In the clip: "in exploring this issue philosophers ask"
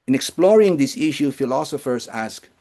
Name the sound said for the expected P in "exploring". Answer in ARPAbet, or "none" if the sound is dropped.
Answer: P